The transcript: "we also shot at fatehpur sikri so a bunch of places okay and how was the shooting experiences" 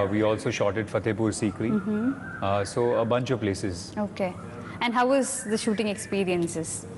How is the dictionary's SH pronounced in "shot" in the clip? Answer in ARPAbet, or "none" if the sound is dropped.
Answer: SH